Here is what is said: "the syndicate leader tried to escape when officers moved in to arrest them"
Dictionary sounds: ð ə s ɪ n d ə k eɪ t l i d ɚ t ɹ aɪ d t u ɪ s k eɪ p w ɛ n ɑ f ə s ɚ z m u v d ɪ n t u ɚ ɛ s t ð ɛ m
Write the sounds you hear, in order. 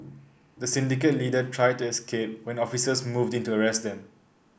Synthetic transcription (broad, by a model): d ə s ɪ n d ə k eɪ t l i d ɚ t ɹ aɪ d t u ɪ s k eɪ p w ɛ n ɑ f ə s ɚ s m u v d ɪ n t u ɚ ɛ s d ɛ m